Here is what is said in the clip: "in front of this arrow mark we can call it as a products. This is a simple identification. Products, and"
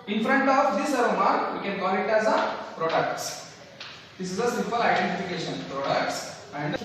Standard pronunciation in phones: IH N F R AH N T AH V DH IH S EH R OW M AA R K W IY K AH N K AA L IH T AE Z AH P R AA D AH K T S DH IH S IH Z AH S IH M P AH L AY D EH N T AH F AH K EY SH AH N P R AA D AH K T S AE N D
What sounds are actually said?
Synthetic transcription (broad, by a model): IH N F R AH N T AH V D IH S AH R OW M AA R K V IY K AH N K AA N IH T AE Z AH P R AA D AH K T S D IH S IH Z AH S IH M P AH L AY D EH N T AH F AH K EY SH AH N P R AA D AH K T S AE N D